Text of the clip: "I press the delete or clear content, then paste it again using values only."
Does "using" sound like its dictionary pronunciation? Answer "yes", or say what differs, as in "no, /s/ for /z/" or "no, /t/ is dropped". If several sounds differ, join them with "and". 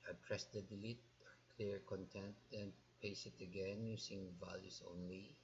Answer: no, /s/ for /z/